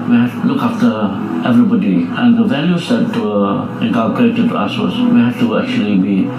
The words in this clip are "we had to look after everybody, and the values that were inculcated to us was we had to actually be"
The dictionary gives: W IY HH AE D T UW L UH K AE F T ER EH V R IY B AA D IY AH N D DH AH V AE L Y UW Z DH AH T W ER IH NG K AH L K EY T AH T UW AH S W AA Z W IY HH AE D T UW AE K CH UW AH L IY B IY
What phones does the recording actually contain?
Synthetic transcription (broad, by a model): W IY HH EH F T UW L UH K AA F T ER EH V R IY B AA D IY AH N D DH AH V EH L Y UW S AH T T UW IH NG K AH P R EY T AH T UW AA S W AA S W IY HH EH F T UW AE K CH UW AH L IY B IY